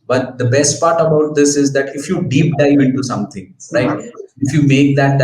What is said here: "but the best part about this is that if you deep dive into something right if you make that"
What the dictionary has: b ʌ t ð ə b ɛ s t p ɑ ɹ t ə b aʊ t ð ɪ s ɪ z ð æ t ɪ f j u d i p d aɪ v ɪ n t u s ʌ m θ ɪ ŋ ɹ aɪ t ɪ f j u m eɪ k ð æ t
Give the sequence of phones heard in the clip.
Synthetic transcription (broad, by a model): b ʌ t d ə b ɛ s t p ɑ ɹ t ə b aʊ t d ɪ s ɪ z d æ t ɪ f j u d i p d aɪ ɪ n t u s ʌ m t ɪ ŋ ɹ aɪ t ɪ f j u m eɪ k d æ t